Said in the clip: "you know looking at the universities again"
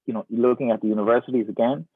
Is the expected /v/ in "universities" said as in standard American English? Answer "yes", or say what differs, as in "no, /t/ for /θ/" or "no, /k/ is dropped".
yes